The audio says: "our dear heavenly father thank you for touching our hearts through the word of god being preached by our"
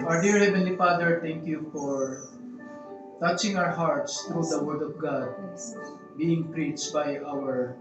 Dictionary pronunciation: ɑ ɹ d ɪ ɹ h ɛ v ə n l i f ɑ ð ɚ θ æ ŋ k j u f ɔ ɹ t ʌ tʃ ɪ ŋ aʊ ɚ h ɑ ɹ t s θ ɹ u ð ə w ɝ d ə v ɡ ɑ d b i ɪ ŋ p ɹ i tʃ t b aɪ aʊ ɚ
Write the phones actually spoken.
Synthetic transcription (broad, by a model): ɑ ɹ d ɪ ɹ h ɛ v ə n l i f ɑ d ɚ t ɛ ŋ k j u f ɔ ɹ t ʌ tʃ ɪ ŋ aʊ ɚ h ɑ ɹ t s t ɹ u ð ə w ɝ d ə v ɡ ɑ d b i ɪ ŋ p ɹ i tʃ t b aɪ aʊ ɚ